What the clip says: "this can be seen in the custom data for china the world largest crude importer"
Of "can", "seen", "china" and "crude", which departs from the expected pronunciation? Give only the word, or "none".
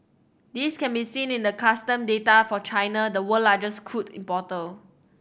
crude